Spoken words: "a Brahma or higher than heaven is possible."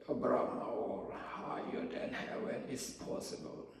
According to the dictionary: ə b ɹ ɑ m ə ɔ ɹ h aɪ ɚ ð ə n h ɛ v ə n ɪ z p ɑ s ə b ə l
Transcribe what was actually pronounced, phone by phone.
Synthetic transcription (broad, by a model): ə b ɹ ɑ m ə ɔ l h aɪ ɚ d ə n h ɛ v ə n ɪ s p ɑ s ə b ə l